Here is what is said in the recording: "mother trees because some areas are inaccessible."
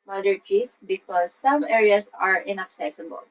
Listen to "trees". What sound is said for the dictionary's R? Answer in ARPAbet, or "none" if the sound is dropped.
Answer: none